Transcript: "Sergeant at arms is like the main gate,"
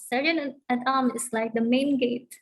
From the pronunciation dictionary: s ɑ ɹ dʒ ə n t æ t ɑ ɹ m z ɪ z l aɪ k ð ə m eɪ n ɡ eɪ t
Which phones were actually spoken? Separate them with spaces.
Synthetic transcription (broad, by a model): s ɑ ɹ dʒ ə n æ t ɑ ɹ m ɪ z l aɪ k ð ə m eɪ n ɡ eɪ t